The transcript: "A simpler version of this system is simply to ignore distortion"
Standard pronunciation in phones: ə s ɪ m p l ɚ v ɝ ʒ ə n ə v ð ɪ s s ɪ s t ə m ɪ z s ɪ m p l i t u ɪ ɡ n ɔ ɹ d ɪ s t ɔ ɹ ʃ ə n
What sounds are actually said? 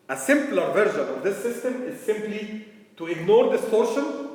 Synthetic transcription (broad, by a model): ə s ɪ m p l ɚ v ɝ ʒ ə n ə v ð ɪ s s ɪ s t ə m ɪ z s ɪ m p l i t u ɪ ɡ n ɔ ɹ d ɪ s t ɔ ɹ ʃ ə n